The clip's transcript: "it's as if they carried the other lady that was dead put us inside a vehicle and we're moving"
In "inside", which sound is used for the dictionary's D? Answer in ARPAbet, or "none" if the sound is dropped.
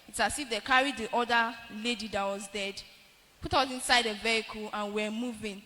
D